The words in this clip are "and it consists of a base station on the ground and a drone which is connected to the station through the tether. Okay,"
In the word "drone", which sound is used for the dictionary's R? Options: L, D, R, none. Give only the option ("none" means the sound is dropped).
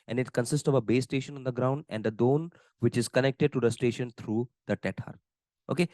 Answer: none